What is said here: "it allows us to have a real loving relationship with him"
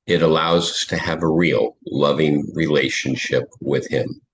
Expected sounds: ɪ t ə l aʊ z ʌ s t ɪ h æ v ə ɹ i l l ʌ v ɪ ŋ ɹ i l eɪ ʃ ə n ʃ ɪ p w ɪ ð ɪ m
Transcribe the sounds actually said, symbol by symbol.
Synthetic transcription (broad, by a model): ɪ t ə l aʊ z ʌ s t ɪ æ v ə ɹ i l l ʌ v ɪ ŋ ɹ i l eɪ ʃ ə n ʃ ɪ p w ɪ ð ɪ m